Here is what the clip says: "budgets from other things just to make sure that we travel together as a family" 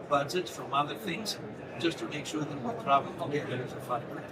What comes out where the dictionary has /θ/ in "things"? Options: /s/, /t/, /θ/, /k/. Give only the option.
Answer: /θ/